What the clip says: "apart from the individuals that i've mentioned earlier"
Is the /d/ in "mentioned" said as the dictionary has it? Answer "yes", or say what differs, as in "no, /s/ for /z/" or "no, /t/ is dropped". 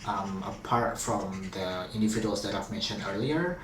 yes